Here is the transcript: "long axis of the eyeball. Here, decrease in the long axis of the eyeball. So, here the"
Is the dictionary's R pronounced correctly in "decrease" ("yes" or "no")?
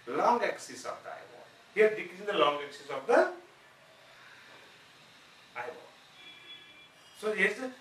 no